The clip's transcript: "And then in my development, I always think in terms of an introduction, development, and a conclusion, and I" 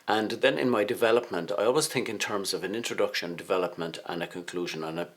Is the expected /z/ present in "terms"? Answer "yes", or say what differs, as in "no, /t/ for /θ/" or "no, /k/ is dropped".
yes